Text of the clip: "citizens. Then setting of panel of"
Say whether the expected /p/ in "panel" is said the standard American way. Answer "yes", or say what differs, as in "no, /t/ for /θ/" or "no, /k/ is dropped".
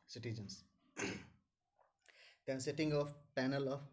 yes